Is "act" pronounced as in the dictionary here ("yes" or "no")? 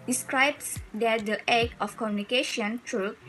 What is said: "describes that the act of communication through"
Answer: no